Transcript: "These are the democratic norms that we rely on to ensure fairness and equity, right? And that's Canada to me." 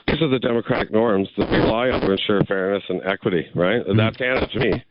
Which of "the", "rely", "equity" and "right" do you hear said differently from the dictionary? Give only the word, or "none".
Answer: rely